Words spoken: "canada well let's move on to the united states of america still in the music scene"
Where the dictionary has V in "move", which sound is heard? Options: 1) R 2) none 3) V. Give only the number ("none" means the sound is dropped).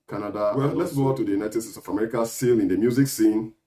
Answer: 2